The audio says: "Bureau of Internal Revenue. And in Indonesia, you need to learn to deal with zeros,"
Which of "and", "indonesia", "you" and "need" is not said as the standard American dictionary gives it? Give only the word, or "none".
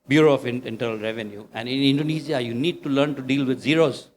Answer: indonesia